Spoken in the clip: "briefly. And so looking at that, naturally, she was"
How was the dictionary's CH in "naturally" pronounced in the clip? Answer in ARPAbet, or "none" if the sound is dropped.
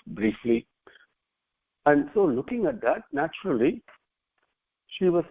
CH